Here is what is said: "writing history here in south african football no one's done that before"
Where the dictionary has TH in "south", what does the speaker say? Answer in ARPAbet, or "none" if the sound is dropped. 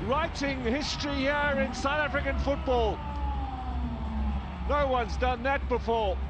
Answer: TH